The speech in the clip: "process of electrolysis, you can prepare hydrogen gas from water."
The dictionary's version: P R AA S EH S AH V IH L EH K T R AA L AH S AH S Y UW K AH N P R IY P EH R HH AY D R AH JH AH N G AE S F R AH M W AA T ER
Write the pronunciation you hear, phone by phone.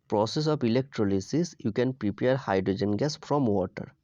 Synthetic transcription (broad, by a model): P R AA S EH S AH P IH L EH K T R AA L AH S AH S Y UW K AH N P R IY P EH R HH AY D R AH JH AH N G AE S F R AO M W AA T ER